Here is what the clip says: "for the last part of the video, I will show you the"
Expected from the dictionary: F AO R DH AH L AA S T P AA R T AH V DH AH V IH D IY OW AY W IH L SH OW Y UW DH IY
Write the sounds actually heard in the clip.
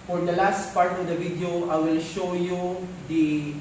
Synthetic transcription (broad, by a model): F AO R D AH L AA S T P AA R T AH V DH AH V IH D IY OW AY W IH L SH OW Y UW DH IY